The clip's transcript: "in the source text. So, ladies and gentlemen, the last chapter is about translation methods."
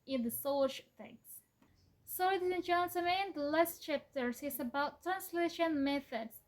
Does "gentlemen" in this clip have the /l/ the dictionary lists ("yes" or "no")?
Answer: no